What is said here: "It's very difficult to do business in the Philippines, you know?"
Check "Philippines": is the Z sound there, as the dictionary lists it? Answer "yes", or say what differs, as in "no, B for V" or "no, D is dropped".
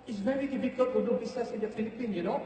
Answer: no, Z is dropped